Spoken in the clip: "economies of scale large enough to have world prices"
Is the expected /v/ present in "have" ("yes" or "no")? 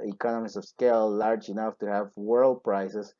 yes